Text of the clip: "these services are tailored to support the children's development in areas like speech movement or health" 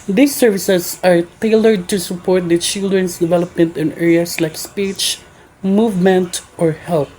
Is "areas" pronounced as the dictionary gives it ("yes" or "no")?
no